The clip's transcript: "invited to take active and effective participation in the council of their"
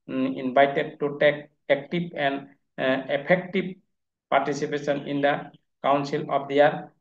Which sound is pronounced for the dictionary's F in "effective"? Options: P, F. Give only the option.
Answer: P